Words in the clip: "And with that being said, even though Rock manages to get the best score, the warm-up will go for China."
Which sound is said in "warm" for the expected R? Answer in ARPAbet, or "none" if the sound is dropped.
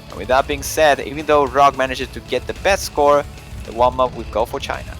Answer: L